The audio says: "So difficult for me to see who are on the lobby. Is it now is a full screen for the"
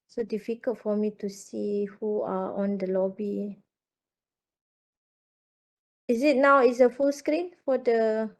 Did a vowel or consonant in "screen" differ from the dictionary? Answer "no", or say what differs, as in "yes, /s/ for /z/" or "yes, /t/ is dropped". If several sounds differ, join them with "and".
no